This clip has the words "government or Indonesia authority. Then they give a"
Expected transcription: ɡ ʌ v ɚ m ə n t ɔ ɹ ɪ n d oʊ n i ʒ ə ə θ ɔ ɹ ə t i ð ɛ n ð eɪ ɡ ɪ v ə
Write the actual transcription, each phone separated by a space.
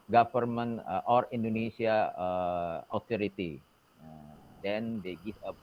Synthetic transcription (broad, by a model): ɡ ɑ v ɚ m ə n t ɔ ɹ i n d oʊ n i s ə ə t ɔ ɹ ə t i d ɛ n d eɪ ɡ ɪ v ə